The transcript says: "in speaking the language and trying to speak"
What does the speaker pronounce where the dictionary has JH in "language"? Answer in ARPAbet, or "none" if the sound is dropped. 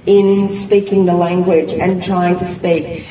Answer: JH